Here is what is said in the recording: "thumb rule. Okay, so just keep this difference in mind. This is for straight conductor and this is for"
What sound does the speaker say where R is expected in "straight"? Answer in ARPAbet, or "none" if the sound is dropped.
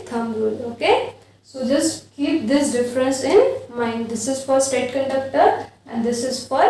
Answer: none